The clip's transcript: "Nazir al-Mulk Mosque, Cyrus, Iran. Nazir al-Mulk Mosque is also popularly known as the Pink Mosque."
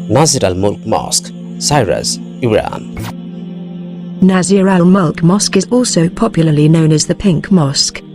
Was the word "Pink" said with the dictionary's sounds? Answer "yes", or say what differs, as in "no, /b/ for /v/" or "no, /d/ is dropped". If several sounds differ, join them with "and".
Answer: yes